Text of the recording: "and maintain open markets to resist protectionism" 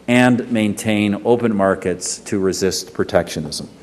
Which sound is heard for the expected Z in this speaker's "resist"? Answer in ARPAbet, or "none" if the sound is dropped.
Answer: Z